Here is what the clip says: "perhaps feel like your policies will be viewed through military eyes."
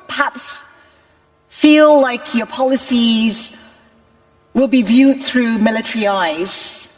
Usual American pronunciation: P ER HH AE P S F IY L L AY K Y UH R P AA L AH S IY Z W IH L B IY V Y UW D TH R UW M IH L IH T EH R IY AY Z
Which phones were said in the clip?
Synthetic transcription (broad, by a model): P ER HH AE P S F IY L L AY K Y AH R P AA L AH S IY Z W IH L B IY V Y UW D TH R UW M IH L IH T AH R IY AY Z